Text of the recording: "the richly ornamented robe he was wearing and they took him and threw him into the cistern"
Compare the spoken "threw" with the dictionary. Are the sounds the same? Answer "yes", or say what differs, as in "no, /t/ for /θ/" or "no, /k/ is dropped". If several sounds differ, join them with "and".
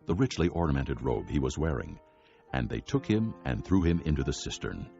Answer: yes